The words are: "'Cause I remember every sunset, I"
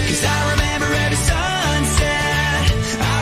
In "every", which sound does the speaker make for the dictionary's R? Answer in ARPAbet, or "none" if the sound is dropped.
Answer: none